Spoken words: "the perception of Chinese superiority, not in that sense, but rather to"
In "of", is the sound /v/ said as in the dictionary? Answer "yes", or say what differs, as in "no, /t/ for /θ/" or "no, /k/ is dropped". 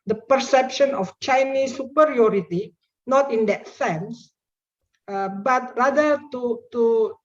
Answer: no, /f/ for /v/